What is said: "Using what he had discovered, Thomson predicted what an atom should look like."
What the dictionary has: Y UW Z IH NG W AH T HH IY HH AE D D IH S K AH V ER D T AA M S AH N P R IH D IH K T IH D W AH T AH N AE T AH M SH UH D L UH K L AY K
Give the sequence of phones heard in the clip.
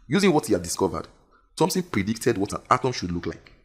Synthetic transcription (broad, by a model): Y UW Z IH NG W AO T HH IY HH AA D D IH S K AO V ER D S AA M TH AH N P R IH D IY K T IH D W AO T AH N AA T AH M SH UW D L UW K L AY K